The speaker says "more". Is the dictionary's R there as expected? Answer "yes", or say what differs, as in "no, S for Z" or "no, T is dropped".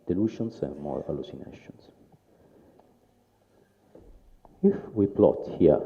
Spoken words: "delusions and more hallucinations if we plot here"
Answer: yes